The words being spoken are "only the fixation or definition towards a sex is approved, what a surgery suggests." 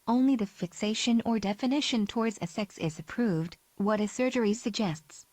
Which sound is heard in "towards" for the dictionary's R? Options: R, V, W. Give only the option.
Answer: R